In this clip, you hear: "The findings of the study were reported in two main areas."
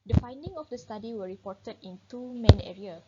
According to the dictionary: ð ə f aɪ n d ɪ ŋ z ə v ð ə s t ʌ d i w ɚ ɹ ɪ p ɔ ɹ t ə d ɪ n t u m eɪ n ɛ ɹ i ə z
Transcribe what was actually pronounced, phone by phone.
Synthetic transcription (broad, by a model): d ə f aɪ n d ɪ ŋ ə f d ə s t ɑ d i w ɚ ɹ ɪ p ɔ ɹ t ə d ɪ n t u m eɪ n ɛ ɹ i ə